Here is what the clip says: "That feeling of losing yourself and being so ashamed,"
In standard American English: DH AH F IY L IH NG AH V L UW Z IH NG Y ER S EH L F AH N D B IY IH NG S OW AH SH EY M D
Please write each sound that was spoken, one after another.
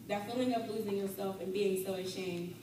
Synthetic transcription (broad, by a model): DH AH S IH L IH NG AH P L UW Z IH NG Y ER S EH L F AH N B IY IH NG S OW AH SH EY M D